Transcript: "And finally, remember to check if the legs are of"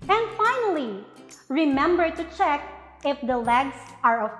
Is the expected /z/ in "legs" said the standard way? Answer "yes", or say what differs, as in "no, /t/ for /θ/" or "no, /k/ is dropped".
no, /s/ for /z/